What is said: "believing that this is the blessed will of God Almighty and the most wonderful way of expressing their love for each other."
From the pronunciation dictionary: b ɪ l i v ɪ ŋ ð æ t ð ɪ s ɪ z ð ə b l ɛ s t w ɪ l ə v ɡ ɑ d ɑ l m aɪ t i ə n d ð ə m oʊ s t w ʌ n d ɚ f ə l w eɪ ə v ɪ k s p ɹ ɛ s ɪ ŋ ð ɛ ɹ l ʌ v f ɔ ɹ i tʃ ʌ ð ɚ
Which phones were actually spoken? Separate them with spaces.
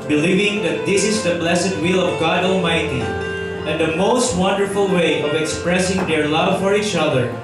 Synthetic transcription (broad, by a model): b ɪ l i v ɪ ŋ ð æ t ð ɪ s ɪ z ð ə b l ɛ s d w ɪ l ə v ɡ ɑ d ɑ l m aɪ t i ə n d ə m oʊ s t w ʌ n d ɚ f ə l w eɪ ə v ɪ k s p ɹ ɛ s ɪ ŋ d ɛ ɹ l ʌ v f ɔ ɹ i tʃ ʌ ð ɚ